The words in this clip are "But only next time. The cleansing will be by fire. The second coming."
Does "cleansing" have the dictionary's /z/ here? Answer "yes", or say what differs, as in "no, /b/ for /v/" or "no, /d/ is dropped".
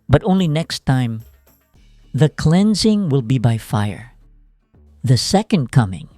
yes